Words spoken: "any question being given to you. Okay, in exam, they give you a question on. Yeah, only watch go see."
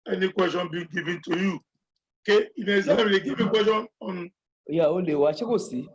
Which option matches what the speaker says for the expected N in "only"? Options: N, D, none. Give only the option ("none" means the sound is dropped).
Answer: none